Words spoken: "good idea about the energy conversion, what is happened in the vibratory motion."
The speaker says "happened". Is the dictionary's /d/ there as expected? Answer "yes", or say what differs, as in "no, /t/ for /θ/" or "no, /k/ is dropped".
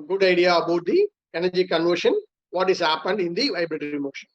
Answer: yes